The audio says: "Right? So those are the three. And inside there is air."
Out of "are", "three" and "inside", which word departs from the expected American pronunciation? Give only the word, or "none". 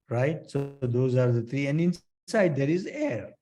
three